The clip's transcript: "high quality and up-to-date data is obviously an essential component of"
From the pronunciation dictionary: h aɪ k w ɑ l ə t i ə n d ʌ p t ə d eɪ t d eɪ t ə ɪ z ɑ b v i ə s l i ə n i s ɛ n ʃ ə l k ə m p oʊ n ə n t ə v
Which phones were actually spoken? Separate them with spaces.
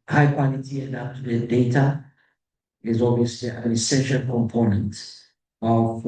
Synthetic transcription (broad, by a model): h aɪ k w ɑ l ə t i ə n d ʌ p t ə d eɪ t d eɪ t ə ɪ z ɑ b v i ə s l i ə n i s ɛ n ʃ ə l k ə m p oʊ n ə n t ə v